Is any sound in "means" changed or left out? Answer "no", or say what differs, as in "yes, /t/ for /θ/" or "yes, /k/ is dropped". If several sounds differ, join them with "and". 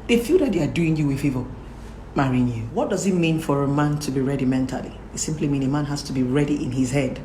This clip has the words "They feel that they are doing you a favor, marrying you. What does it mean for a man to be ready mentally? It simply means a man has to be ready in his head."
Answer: yes, /z/ is dropped